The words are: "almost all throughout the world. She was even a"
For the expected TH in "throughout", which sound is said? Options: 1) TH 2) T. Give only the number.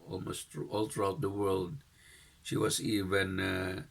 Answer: 2